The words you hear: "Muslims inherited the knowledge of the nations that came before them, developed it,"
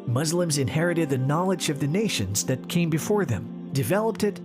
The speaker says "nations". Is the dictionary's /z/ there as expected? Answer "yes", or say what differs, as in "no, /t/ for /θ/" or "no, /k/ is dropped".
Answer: yes